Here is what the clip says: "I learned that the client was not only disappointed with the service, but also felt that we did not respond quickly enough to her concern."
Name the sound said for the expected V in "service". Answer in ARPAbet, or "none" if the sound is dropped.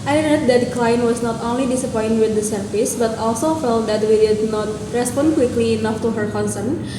F